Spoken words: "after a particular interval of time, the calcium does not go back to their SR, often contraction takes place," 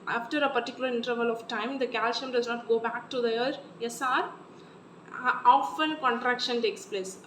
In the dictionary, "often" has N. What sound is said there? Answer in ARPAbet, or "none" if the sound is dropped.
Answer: L